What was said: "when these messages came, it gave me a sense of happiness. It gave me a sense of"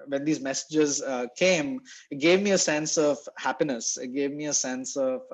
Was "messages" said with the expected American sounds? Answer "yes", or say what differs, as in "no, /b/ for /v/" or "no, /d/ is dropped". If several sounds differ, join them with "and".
yes